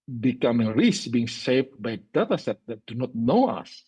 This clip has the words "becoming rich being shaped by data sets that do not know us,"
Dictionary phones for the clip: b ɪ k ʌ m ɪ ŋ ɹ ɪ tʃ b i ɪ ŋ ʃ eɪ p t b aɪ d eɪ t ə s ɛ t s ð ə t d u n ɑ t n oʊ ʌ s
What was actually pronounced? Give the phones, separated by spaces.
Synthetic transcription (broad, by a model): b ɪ k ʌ m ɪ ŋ ɹ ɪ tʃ b i ɪ ŋ s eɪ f b aɪ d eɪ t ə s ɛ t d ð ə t d u n ɑ t n oʊ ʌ s